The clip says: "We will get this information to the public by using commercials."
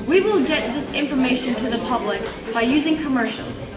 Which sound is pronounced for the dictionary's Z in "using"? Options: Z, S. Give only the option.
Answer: Z